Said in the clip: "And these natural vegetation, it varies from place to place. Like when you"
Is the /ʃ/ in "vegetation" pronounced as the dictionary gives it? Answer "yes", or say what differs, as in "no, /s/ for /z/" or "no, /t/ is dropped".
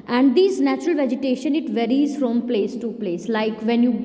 yes